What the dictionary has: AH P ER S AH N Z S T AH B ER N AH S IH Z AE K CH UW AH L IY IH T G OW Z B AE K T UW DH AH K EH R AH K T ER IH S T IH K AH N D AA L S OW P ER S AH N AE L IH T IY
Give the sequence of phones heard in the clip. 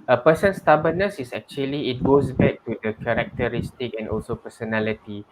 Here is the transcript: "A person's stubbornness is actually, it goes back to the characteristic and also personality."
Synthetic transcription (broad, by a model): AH P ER S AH N S T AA B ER N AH S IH S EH K CH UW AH L IY IH T G OW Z B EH K T UW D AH K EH R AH K T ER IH S T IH K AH N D AA L S OW P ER S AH N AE L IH T IY